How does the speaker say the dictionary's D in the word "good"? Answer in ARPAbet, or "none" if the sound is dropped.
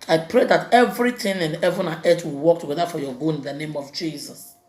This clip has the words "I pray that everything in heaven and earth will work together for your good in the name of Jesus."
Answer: none